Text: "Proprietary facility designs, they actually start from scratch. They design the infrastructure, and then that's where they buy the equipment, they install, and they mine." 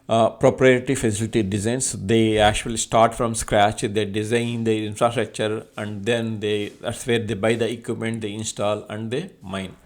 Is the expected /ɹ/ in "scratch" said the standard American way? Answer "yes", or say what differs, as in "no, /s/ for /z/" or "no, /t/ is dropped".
yes